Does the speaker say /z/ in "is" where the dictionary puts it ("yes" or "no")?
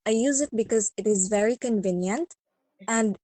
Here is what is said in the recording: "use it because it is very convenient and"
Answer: yes